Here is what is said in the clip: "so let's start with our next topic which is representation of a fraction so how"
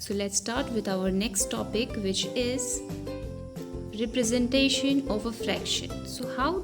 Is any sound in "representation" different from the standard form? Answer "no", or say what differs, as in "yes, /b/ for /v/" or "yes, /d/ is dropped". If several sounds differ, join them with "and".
no